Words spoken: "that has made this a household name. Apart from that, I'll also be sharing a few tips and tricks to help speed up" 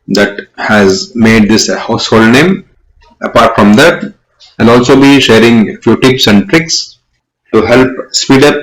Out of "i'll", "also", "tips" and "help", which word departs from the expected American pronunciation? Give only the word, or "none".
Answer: i'll